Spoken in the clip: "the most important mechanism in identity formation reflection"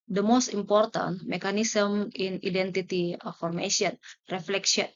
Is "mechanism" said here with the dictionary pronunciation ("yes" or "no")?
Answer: no